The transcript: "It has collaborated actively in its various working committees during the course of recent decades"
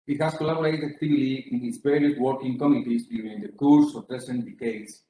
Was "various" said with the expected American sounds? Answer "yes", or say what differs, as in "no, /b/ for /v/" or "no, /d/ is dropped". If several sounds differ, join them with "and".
no, /p/ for /v/